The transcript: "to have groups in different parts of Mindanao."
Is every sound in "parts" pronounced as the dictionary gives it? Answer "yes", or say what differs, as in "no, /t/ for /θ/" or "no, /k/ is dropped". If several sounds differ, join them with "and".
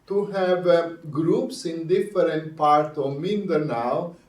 no, /s/ is dropped